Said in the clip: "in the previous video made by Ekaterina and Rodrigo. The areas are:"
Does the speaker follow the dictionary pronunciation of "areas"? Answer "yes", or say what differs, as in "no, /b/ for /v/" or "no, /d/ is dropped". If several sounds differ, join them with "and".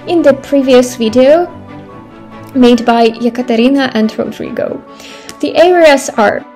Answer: no, /s/ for /z/